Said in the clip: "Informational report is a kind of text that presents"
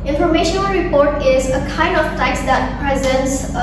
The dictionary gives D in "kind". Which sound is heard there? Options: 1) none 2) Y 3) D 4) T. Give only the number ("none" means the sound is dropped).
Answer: 3